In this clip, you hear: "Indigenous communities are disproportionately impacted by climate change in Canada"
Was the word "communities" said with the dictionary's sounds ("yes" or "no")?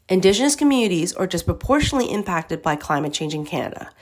yes